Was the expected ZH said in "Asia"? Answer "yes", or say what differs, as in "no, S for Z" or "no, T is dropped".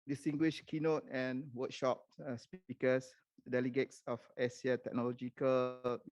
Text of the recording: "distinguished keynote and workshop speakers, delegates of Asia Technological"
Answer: no, S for ZH